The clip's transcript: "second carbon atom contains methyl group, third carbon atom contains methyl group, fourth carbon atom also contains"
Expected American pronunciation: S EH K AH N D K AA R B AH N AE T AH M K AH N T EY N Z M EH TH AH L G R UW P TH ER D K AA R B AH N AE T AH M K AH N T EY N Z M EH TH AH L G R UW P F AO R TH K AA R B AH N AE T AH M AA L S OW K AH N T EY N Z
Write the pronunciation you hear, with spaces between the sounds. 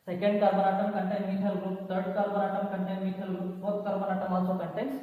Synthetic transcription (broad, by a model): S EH K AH N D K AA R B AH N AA T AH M K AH N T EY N M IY T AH L G R UW P T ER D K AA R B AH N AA T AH M K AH N T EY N M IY T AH L G R UW P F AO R T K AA R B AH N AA T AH M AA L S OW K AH N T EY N